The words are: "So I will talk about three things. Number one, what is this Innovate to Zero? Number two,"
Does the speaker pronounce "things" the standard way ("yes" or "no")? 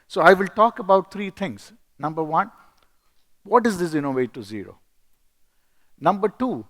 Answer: no